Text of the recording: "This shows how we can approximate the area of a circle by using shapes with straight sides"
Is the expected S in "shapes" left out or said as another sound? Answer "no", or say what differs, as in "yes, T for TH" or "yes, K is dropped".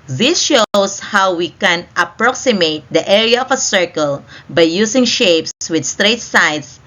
no